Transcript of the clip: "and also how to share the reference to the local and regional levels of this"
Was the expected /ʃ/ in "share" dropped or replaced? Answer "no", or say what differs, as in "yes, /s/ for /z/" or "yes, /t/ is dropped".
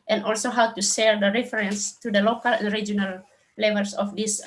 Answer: yes, /s/ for /ʃ/